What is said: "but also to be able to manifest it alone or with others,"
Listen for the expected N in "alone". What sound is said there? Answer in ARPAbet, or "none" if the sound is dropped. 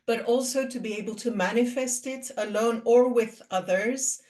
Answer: N